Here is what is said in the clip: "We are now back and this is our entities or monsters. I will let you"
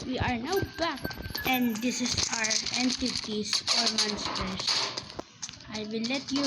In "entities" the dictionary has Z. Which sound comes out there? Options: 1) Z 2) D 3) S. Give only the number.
3